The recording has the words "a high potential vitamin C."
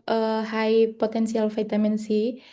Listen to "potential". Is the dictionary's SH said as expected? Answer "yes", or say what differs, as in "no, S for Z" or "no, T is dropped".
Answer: no, S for SH